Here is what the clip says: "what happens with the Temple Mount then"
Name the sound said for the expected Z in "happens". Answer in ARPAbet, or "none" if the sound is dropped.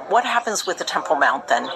Z